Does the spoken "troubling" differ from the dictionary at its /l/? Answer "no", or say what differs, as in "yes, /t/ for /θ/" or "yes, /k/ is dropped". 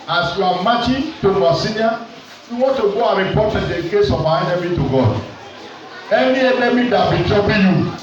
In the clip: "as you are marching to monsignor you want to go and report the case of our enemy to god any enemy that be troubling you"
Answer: yes, /l/ is dropped